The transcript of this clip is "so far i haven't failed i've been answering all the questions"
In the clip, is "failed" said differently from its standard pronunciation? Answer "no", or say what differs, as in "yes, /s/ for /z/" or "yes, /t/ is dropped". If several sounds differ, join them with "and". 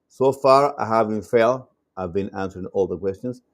yes, /d/ is dropped